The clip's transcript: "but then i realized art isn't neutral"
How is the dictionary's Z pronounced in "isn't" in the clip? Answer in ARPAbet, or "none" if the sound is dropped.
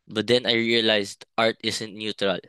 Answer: S